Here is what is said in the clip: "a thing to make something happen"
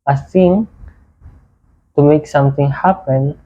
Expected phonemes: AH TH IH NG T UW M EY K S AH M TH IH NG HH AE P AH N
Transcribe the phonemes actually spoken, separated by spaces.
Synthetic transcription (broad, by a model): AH S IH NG T UW M EY K S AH M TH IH NG HH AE P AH N